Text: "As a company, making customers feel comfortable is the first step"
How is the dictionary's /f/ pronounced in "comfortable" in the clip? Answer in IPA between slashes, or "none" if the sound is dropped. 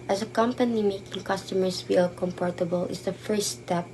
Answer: /p/